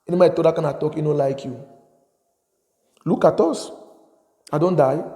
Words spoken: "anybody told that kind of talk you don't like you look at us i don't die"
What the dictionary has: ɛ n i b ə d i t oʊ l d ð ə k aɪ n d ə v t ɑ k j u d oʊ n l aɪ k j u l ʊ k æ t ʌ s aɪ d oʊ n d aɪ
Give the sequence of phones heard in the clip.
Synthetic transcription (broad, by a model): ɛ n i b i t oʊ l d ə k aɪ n ə t ɑ k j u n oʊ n l aɪ k j u l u k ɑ t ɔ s aɪ d oʊ n d aɪ